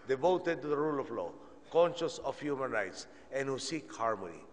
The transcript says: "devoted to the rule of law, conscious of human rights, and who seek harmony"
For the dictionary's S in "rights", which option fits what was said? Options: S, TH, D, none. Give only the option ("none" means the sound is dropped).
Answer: S